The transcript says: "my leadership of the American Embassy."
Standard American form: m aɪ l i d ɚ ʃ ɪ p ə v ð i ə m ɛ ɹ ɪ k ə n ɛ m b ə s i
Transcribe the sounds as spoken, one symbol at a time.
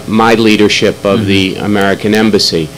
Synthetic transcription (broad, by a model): m aɪ l i d ɚ ʃ ɪ p ə v ð i ə m ɛ ɹ ɪ k ə n ɛ m b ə s i